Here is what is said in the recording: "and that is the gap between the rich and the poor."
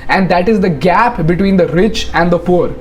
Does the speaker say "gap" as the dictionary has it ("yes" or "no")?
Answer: yes